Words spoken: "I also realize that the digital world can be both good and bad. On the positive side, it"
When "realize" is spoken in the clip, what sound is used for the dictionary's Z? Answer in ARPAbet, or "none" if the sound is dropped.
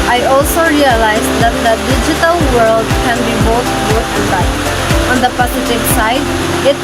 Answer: Z